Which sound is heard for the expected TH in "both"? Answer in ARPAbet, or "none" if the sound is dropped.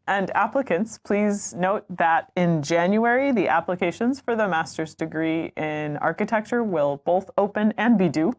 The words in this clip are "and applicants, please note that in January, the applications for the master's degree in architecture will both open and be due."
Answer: TH